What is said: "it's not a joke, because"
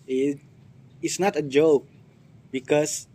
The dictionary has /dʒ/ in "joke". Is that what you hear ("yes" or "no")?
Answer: yes